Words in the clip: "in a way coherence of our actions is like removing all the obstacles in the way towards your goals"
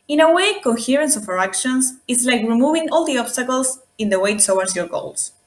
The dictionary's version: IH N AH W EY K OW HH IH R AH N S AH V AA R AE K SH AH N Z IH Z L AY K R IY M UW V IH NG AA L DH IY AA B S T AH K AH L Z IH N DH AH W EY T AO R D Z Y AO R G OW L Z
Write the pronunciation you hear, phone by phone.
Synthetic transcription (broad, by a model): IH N AH W EY K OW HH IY R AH N S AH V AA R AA K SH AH N S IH S L AY K R IY M UW V IH NG AA L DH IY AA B S T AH K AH L S IH N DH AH W EY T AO W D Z Y AO R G OW L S